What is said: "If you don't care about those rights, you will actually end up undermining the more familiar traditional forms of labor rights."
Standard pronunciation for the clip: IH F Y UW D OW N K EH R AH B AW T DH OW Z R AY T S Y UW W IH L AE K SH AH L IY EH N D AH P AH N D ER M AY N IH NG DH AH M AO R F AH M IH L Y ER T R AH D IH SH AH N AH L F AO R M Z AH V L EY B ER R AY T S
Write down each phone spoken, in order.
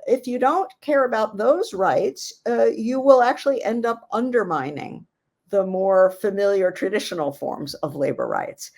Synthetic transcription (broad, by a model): IH F Y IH D OW N K EH R AH B AW T DH OW Z R AY T S Y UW W IH L AE K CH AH L IY EH N D AH P AH N D ER M AY N IH NG DH AH M AO R F AH M IH L Y ER T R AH D IH SH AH N L F AO R M Z AH V L EY B ER R AY T S